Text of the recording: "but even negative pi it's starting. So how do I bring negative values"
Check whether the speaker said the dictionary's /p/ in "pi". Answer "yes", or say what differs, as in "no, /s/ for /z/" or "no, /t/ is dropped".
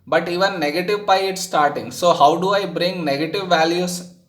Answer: no, /b/ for /p/